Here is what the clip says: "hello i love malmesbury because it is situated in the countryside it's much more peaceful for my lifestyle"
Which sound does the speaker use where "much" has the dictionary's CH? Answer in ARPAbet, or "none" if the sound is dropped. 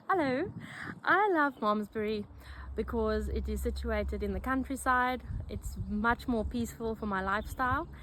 CH